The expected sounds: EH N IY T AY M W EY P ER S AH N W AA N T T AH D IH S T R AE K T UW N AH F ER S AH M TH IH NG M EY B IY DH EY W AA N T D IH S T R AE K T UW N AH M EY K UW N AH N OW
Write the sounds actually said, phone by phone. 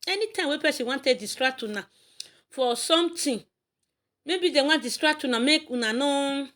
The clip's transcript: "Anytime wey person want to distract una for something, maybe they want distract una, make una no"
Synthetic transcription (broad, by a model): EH N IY T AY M W EY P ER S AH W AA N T T AH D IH S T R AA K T UW N AH F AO S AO M T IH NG M EY B IY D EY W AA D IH S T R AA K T UW N AH M EY K UW N AH N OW